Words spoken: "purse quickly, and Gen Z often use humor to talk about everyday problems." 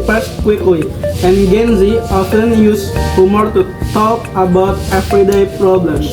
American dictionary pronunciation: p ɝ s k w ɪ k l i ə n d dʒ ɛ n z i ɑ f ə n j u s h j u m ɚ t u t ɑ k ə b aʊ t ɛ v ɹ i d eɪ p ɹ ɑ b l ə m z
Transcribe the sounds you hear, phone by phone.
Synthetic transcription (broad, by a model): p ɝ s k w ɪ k i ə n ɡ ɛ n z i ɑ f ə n j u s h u m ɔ t u t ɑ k ə b aʊ t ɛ f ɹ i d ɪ p ɹ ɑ b l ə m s